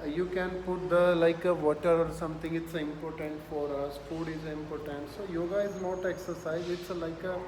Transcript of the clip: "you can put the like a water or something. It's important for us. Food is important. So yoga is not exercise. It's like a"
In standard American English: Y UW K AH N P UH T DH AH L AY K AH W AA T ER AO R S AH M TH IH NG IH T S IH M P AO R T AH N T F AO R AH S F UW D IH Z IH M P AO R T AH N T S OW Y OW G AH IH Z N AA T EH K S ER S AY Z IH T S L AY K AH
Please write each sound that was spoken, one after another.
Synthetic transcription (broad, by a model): Y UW K AH N P UH T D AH L AY K AH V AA T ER AO R S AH M T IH NG IH T S IH M P AO R T AH N T F AO R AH S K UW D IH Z IH M P AO R T AH N T S OW Y OW G AH IH Z N AA T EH K S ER S AY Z IH T S L AY K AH